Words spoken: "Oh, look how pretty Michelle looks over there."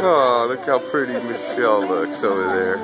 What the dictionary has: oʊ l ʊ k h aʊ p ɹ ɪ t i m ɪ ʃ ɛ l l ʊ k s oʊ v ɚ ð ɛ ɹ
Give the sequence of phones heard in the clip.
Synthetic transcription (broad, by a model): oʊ l ʊ k h aʊ p ɹ ɪ t i m ɪ ʃ ɛ l l ʊ k s oʊ v ɚ ð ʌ ɹ